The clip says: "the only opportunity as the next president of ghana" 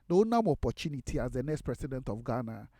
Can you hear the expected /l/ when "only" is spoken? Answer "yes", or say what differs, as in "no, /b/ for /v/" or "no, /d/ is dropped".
no, /l/ is dropped